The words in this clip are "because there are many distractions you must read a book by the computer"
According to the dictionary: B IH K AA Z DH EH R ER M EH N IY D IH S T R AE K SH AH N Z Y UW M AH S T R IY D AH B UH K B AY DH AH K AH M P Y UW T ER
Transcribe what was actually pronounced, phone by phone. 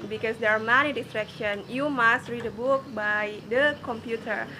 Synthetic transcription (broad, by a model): B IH K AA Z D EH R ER M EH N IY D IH S T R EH K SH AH N Y UW M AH S T R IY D AH B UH K B AY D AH K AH M P Y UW T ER